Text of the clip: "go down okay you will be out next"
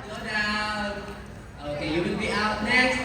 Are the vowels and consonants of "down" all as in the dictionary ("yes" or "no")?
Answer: no